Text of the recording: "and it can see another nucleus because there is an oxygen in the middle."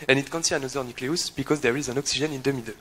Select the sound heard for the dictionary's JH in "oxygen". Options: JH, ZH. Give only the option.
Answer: ZH